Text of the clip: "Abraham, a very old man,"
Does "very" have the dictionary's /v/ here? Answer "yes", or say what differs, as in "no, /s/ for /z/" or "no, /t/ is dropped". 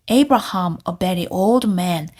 no, /b/ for /v/